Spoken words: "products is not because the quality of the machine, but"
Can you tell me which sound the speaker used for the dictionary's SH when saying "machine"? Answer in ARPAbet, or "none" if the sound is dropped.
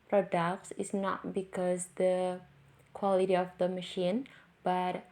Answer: SH